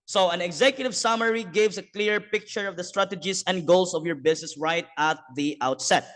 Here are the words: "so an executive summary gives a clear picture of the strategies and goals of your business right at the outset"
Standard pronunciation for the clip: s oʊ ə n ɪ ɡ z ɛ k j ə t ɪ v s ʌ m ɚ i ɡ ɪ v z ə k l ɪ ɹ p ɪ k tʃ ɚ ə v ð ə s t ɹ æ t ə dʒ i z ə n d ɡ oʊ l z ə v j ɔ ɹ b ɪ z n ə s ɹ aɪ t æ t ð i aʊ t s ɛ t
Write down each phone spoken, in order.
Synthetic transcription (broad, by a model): s oʊ ə n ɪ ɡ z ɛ k j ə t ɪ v s ʌ m ɚ i ɡ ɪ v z ə k l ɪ ɹ p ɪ k tʃ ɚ ə v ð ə s t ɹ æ t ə dʒ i s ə n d ɡ oʊ l s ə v j ɔ ɹ b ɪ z n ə s ɹ aɪ t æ t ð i aʊ t s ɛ t